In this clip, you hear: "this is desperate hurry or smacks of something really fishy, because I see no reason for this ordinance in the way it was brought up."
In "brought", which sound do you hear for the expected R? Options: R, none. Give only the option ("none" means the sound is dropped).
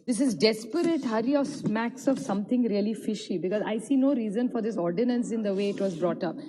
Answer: R